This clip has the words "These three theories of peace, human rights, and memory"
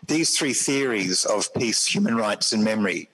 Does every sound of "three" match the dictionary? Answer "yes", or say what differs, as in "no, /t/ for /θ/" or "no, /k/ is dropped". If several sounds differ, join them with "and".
yes